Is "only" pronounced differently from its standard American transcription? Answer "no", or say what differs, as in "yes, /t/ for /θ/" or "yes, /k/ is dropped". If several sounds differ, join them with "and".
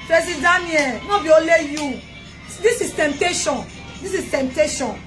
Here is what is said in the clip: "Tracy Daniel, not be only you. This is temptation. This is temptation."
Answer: yes, /n/ is dropped